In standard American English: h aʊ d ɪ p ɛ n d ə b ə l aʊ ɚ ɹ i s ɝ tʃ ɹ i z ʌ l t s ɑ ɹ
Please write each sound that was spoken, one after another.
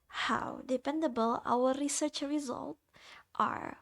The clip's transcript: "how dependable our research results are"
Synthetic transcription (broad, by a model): h aʊ d ɪ p ɛ n d ə b ə l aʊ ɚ ɹ i s ɝ tʃ ɹ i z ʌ l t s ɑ ɹ